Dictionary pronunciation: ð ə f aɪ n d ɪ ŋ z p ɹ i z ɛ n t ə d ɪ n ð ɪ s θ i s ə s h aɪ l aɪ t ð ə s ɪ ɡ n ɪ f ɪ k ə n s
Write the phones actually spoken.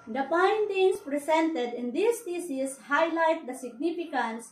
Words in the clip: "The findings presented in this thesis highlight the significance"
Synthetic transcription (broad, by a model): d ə p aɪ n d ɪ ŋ s p ɹ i s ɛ n t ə d ɪ n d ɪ s t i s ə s h aɪ l aɪ t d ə s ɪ ɡ n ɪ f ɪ k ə n s